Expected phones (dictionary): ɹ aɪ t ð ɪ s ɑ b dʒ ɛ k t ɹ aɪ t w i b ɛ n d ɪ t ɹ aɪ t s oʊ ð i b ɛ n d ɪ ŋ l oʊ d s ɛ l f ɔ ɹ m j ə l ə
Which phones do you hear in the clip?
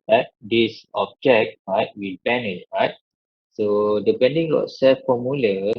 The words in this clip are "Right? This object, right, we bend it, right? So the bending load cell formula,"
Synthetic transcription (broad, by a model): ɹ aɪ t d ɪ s ɑ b dʒ ɛ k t ɹ aɪ t w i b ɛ n ɪ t ɹ aɪ t s oʊ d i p ɛ n d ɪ ŋ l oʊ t s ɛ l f ɔ m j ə l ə